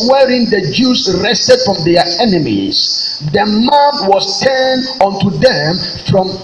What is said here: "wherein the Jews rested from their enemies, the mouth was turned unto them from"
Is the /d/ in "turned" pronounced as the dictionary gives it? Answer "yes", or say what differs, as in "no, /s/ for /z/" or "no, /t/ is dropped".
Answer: no, /d/ is dropped